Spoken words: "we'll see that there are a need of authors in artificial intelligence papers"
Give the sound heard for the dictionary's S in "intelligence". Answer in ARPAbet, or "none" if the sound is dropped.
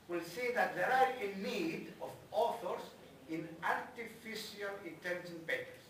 none